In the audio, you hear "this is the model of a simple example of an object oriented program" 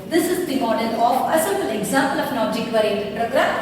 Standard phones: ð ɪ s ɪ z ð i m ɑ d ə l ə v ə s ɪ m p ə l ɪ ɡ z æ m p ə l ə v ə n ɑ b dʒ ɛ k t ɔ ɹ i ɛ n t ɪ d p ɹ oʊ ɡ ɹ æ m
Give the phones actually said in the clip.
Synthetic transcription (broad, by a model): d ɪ s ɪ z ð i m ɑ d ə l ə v ə s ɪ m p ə l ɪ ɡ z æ m p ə l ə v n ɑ dʒ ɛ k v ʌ ɹ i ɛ t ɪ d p ɹ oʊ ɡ ɹ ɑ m